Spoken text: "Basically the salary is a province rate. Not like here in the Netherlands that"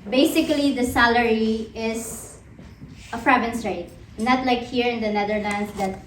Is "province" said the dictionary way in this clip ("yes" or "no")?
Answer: no